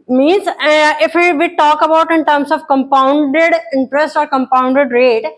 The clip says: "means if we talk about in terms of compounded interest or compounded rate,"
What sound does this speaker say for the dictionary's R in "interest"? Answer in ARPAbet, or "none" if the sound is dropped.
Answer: R